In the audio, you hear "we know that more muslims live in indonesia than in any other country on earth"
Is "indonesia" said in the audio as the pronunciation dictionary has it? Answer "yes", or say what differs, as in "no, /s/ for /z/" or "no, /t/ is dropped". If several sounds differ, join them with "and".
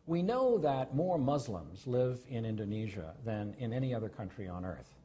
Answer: yes